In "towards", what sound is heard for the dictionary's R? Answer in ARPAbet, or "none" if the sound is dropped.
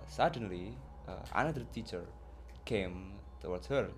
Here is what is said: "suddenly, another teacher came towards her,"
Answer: W